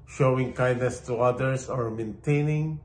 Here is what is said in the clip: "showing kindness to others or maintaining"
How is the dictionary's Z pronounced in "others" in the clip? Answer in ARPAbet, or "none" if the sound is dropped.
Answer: S